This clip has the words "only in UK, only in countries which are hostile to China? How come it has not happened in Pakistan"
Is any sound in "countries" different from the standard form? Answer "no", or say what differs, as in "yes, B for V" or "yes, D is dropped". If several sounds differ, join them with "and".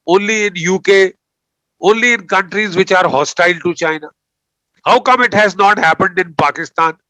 no